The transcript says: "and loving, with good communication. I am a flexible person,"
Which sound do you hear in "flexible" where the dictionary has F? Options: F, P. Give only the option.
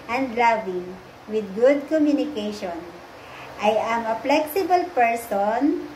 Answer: P